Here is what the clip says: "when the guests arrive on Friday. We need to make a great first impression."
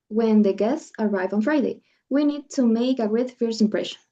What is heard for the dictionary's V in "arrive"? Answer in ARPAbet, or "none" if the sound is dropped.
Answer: V